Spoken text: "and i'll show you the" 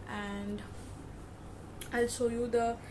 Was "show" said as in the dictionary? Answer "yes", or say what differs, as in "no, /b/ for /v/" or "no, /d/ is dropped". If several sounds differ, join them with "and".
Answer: no, /s/ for /ʃ/